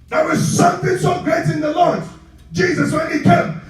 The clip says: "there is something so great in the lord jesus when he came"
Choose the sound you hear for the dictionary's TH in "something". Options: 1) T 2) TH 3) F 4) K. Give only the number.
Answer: 2